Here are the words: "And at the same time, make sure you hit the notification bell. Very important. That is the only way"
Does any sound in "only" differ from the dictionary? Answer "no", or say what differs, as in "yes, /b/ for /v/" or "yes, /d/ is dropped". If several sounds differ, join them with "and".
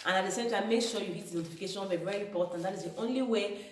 no